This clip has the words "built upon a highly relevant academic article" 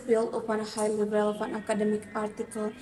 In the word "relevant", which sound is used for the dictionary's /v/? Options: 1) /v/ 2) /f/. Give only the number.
2